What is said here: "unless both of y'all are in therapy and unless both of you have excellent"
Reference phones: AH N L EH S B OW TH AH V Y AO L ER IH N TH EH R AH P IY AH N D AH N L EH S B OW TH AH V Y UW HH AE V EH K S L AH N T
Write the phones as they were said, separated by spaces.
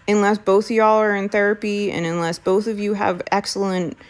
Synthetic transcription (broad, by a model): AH N L EH S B OW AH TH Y AO L ER IH N TH EH R AH P IY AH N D AH N L EH S B OW TH AH V Y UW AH V EH K S L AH N T